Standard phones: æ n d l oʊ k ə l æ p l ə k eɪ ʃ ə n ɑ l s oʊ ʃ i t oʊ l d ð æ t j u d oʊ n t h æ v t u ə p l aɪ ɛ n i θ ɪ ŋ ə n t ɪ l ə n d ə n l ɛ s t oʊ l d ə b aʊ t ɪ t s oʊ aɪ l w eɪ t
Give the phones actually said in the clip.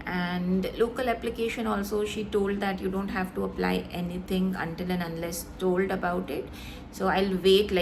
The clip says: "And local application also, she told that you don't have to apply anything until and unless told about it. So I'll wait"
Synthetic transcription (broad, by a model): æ n d l oʊ k ə l æ p l ə k eɪ ʃ ə n ɑ l s oʊ ʃ i t oʊ l d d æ t j u d oʊ n t h æ v t u ə p l aɪ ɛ n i t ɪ ŋ ə n t ɪ l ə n ə n l ɛ s t oʊ l d ə b aʊ t ɪ t s oʊ aɪ l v eɪ t